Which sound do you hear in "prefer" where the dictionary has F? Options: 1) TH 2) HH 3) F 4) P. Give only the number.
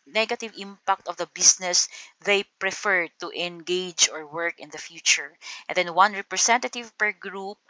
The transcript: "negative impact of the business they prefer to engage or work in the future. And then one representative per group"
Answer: 3